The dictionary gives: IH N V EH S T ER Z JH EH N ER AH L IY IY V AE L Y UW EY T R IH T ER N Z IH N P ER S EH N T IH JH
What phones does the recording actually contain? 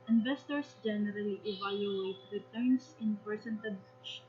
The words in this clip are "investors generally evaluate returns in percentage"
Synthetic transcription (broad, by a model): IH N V EH S T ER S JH EH N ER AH L IY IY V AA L Y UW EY T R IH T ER N S IH N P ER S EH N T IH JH